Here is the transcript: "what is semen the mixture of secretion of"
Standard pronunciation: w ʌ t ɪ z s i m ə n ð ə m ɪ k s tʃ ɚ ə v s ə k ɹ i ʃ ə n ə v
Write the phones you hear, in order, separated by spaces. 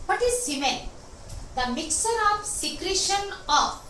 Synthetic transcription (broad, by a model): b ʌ t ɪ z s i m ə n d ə m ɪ k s ɚ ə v s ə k ɹ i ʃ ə n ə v